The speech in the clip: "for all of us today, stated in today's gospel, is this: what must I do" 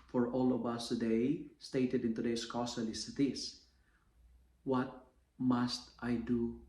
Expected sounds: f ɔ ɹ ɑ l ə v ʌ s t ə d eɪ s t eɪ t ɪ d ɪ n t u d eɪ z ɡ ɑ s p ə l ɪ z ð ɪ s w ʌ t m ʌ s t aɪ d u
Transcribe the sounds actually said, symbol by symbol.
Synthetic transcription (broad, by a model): f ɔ ɹ ɑ l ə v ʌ s t ə d eɪ s t eɪ t ɪ d ɪ n t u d eɪ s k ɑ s ə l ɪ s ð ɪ s w ʌ t m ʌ s t aɪ d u